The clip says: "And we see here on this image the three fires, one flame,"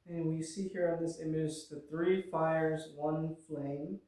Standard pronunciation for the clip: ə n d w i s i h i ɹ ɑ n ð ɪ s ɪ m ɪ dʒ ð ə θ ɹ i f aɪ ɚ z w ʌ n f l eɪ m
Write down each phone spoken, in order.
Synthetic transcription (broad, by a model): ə n w i s i h i ɹ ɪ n ð ɪ s ɪ m ɪ dʒ ð ə θ ɹ i f aɪ ɚ z w ʌ n f l eɪ m